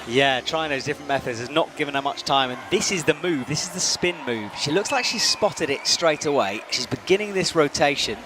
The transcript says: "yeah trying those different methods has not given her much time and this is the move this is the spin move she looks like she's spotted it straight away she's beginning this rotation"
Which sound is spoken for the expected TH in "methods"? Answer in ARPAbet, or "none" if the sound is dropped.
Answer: TH